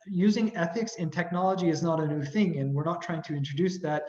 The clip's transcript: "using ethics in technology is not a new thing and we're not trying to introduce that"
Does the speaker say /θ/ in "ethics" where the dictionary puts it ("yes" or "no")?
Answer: yes